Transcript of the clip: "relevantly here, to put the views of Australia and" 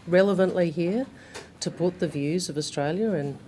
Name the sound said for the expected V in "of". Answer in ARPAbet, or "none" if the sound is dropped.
V